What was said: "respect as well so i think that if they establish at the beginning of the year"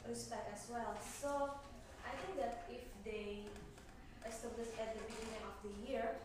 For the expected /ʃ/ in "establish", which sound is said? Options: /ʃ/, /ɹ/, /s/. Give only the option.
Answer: /s/